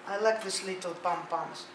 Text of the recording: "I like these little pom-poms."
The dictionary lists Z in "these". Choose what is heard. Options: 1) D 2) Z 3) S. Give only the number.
3